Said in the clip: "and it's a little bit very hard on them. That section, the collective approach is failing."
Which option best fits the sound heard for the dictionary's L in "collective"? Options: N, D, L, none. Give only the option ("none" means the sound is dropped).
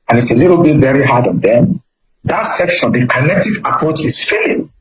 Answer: N